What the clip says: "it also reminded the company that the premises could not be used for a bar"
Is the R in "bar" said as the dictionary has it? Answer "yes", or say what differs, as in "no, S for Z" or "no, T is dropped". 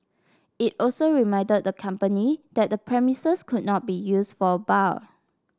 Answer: no, L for R